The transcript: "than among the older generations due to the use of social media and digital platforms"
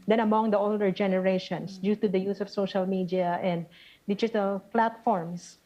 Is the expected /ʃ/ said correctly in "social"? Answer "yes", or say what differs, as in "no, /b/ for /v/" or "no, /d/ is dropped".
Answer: yes